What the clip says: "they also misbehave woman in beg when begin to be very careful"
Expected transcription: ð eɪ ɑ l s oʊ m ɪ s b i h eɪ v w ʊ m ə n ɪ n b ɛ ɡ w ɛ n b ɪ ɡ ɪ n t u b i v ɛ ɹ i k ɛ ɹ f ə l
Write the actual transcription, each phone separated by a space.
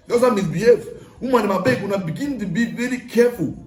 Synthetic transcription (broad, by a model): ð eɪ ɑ s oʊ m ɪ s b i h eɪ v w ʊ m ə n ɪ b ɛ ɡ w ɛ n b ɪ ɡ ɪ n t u b i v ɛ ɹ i k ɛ f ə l